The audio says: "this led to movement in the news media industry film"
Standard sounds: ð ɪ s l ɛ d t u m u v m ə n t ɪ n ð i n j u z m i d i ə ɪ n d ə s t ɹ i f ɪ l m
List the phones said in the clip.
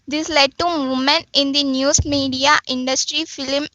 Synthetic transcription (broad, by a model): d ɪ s l ɛ d t u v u m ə n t ɪ n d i n j u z m i d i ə ɪ n d ə s t ɹ i f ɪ l m